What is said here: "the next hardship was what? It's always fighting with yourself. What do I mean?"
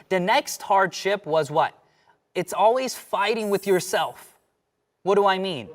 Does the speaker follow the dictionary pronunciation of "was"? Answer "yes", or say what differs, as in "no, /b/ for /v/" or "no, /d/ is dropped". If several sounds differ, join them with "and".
yes